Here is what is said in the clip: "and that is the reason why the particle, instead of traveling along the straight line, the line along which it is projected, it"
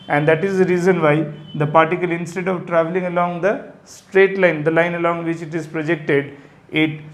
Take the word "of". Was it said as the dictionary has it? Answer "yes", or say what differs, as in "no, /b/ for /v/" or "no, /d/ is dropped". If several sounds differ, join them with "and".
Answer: yes